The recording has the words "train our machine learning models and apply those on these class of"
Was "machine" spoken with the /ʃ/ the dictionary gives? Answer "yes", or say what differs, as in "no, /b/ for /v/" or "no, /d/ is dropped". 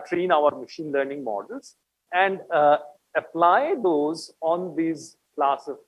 yes